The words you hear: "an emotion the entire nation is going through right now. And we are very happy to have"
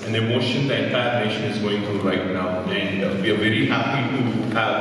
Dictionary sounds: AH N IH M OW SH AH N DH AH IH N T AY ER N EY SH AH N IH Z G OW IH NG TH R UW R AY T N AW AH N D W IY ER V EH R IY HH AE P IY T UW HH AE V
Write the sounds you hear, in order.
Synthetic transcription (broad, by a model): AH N IH M OW SH AH N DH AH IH T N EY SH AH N IH Z G OW IH NG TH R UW R AY T N AW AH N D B IY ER V EH R IY HH AE P IY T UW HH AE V